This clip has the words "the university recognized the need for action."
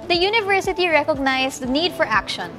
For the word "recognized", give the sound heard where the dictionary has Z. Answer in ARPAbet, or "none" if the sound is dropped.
S